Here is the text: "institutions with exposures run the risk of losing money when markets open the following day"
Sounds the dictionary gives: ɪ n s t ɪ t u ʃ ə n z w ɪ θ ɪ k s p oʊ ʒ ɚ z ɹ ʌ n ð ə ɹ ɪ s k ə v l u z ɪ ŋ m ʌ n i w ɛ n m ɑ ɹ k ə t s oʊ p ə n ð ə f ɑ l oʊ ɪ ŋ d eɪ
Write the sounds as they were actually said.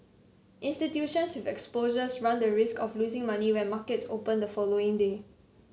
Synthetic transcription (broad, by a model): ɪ n s t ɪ t u ʃ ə n s w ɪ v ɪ k s p oʊ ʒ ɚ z ɹ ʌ n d ə ɹ ɪ s k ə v l u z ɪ ŋ m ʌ n i w ɛ n m ɑ k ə t s oʊ p ə n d ə f ɑ l oʊ ɪ ŋ d eɪ